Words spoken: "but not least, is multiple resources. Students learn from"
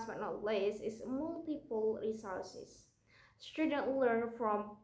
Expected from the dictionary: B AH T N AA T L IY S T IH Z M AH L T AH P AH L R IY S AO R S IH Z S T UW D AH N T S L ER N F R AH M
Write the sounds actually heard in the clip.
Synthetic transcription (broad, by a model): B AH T N AA T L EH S IH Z M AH L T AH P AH L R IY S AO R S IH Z S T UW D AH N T L ER N F R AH M